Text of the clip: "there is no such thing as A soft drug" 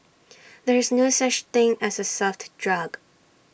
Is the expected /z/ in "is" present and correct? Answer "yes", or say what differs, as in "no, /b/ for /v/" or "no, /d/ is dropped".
yes